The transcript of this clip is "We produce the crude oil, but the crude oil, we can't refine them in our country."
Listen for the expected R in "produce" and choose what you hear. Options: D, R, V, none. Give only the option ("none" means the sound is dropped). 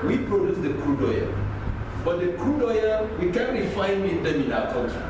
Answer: R